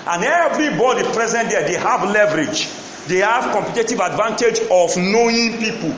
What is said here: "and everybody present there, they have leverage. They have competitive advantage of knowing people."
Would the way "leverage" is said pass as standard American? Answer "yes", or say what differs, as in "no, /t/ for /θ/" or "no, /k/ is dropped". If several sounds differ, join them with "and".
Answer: yes